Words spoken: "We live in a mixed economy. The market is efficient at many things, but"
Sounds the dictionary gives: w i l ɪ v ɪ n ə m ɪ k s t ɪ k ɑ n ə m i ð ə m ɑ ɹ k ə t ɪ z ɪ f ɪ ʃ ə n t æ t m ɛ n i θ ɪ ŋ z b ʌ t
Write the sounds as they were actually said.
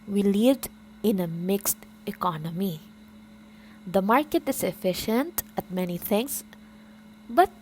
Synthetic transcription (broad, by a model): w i l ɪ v ɪ n ə m ɪ k s t ɪ k ɑ n ə m i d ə m ɑ ɹ k ə t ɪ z ɪ f ɪ ʃ ə n t æ t m ɛ n i t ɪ ŋ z b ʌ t